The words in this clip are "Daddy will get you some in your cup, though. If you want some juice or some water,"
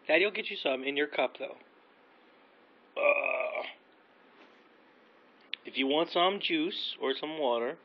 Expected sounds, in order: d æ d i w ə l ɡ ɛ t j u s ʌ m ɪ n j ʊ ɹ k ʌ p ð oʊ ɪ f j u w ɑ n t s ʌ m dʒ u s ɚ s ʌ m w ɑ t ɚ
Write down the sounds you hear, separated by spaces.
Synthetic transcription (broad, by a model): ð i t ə l ɡ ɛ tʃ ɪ s ʌ m ɪ n j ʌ ɹ k ʌ p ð oʊ ɪ f j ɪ w ɑ n t s ʌ m dʒ u s ɚ s ʌ m w ɑ t ɚ